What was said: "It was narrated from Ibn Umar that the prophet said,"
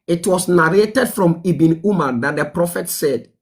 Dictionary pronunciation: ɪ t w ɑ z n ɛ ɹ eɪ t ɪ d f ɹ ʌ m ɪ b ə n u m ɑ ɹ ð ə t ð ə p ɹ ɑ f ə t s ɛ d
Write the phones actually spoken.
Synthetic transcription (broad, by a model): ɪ t w ɑ s n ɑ ɹ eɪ t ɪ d f ɹ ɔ m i b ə n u m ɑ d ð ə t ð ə p ɹ ɑ f ə t s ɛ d